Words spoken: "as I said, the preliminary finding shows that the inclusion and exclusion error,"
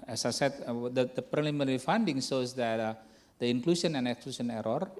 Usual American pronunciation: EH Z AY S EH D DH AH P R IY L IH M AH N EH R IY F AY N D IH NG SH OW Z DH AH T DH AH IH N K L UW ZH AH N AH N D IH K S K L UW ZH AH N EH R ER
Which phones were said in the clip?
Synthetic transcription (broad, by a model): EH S AY S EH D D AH P R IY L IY M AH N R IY F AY N D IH NG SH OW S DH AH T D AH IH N K L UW S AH N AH N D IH K S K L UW S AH N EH R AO